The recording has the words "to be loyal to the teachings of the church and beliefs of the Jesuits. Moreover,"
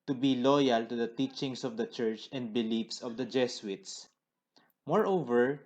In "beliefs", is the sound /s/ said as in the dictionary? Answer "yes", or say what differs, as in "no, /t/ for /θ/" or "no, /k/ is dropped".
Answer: yes